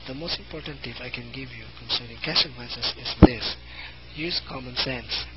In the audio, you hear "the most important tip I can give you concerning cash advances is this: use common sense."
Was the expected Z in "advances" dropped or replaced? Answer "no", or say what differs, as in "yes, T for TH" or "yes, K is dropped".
yes, S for Z